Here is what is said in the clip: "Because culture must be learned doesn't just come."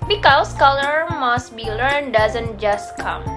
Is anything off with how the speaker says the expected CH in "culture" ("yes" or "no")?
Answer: yes